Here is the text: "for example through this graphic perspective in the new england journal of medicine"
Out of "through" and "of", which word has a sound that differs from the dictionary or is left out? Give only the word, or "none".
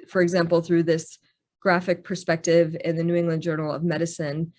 none